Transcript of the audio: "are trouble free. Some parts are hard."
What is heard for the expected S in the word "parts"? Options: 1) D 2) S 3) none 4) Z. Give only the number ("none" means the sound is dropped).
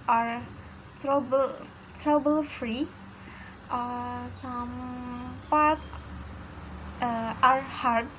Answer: 3